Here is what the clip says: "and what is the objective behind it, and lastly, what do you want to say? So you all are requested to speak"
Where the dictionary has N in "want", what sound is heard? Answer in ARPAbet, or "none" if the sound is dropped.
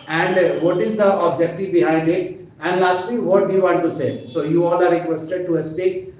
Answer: none